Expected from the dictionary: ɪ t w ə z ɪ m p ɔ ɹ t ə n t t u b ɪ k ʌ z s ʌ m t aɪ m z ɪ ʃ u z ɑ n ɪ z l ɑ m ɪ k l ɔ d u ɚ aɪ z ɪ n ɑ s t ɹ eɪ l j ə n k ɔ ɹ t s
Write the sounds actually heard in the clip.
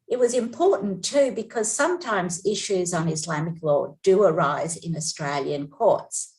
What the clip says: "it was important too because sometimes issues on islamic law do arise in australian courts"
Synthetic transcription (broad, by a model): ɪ t w ə z ɪ m p ɔ ɹ t n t t u b ɪ k ʌ z s ʌ m t aɪ m z ɪ ʃ u z n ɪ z l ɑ m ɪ k l ɔ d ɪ ɚ aɪ z ɪ n ɑ s t ɹ eɪ l j ə n k ɔ ɹ t s